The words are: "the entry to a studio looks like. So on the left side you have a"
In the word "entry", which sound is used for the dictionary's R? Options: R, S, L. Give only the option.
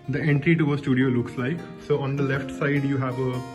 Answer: R